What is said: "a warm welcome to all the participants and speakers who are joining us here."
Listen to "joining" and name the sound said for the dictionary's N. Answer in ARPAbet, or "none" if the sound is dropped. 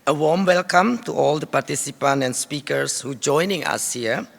N